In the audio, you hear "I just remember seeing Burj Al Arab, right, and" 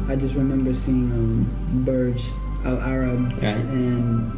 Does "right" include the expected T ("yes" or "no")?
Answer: no